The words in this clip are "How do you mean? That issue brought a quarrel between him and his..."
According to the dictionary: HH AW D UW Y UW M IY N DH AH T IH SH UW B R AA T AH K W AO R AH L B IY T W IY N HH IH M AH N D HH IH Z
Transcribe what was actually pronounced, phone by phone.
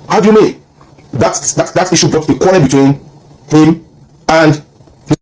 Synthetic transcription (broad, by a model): HH AW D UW Y UW M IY N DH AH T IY SH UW B R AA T AH K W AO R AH N B IY T W IY N HH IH M AH N D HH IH